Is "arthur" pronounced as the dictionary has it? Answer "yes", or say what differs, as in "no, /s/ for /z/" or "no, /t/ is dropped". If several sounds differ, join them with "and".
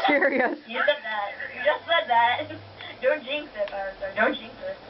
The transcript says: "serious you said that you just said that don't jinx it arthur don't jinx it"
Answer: no, /s/ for /θ/